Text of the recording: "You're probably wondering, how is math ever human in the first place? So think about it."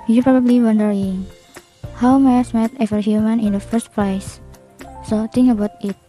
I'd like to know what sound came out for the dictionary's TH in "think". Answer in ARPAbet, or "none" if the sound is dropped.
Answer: T